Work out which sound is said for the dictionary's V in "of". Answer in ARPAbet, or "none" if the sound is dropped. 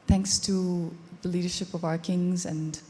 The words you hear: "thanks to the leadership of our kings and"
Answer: V